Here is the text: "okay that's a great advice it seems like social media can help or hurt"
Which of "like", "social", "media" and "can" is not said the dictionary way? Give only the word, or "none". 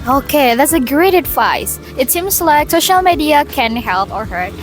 none